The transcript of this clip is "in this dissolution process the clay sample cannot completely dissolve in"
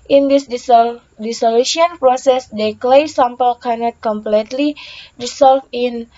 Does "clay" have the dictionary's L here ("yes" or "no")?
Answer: yes